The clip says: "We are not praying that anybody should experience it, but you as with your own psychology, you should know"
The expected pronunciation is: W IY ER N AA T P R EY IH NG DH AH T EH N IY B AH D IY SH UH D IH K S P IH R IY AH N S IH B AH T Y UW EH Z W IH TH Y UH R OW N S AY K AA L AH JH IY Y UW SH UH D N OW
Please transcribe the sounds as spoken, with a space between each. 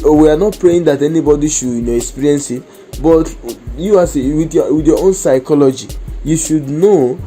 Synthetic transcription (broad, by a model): W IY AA N AA T P R EY IH NG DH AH T EH N IY B AH D IY SH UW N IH K S P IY R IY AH N S IH B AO T Y UW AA S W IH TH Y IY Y OW N S AY K AA L AH JH IY Y UW SH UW D N OW